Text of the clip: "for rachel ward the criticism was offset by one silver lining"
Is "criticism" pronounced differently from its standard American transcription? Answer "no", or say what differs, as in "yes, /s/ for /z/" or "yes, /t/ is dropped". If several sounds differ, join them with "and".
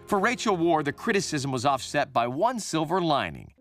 no